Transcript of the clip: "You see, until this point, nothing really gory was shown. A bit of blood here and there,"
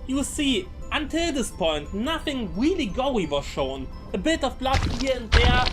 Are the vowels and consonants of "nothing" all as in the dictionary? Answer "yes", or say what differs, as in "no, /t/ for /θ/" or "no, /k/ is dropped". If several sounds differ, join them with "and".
yes